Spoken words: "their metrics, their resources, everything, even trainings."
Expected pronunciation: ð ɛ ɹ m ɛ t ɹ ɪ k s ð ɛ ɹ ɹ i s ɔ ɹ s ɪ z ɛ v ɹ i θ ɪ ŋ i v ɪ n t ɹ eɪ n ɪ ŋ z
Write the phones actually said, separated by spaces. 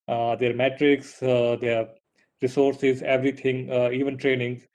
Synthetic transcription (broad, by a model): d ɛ ɹ m ɛ t ɹ ɪ k s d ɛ ɹ ɹ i s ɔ ɹ s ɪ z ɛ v ɹ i t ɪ ŋ i v ɪ n t ɹ eɪ n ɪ ŋ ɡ